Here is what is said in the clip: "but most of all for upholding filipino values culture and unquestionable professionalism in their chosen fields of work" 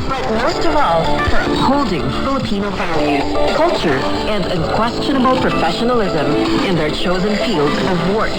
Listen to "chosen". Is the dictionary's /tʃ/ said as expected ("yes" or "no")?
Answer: yes